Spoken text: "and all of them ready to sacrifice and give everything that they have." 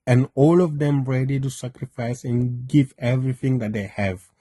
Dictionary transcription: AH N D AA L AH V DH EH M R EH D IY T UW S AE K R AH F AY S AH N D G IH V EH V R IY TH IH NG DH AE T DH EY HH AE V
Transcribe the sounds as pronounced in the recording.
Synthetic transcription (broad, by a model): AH N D AA L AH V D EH M R EH D IY T UW S AE K R AH F AY S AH N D G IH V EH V R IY T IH NG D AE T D EY HH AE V